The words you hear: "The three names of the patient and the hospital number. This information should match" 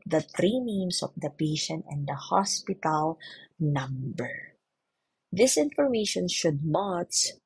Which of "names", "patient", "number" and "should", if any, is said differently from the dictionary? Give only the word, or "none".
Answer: names